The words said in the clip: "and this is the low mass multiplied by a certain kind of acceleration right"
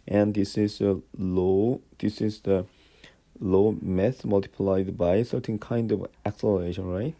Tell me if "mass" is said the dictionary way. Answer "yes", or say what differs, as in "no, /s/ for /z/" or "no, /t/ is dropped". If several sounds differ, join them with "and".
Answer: no, /θ/ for /s/